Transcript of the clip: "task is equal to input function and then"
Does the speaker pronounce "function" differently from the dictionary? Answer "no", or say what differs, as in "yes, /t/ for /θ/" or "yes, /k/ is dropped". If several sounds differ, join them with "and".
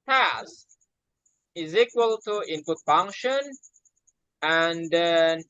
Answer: no